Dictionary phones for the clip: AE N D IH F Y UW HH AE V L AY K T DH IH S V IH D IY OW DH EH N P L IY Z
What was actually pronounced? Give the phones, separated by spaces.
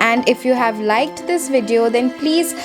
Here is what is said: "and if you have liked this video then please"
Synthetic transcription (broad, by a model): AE N D IH F Y UW HH AE V L AY K T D IH S V IH D IY OW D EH N P L IY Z